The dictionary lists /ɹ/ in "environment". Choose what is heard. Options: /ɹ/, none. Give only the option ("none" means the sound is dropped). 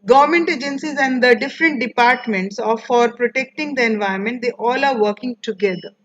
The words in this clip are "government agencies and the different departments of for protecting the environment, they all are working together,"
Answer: none